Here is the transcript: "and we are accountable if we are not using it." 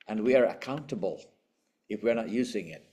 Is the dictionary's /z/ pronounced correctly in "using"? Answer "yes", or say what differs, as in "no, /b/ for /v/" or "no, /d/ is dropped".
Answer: yes